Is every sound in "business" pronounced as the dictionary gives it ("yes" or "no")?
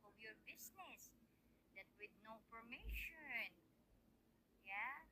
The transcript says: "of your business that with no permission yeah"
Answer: no